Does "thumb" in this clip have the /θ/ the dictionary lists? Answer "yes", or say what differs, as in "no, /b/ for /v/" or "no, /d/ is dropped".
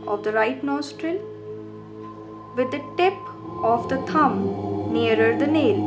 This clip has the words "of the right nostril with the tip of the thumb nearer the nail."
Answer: no, /t/ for /θ/